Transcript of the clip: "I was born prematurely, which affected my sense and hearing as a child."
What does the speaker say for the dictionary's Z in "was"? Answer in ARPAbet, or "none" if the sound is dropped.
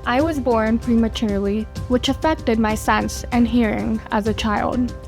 Z